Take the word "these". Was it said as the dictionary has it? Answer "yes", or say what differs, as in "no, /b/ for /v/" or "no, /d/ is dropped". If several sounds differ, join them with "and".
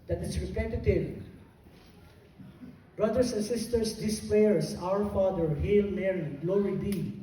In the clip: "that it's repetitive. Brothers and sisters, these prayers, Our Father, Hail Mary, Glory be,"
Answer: no, /s/ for /z/